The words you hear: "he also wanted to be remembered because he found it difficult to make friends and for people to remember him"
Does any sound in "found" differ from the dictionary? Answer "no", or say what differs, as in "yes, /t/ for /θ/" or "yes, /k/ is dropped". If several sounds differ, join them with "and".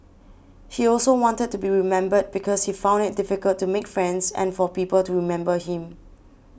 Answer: no